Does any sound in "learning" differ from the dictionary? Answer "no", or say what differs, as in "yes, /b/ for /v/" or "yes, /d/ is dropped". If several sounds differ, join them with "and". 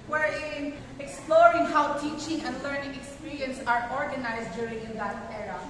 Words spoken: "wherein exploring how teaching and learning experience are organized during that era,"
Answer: no